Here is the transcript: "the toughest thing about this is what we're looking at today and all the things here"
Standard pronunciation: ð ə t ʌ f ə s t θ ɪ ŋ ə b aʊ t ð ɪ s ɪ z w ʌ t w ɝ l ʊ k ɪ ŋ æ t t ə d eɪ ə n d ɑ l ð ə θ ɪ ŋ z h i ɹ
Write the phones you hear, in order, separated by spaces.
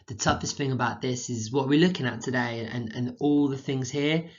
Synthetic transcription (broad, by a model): ð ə t ʌ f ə s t θ ɪ ŋ ə b aʊ t ð ɪ s ɪ z w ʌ t w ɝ l ʊ k ɪ ŋ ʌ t t ə d eɪ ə n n ɑ l ð ə θ ɪ ŋ z h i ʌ